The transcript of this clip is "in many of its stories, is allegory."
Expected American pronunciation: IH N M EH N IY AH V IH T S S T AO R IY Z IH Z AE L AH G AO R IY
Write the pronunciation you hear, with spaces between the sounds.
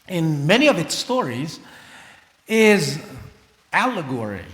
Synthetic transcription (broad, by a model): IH N M EH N IY AH V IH T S S T AO R IY Z IH Z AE L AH G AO R IY